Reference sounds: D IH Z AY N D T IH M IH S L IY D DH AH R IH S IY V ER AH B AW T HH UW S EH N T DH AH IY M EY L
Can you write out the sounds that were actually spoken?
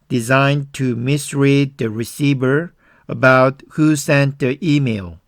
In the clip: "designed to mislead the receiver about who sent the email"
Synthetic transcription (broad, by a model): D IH Z AY N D T IH M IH S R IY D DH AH R IH S IY V ER AH B AW T HH UW S EH N T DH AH IY M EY L